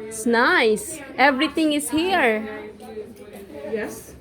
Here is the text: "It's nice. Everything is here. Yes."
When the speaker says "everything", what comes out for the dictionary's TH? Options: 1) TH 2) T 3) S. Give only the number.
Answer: 2